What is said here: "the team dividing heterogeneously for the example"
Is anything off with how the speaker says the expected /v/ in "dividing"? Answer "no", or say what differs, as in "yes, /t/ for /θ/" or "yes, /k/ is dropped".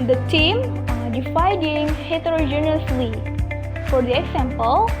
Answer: yes, /f/ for /v/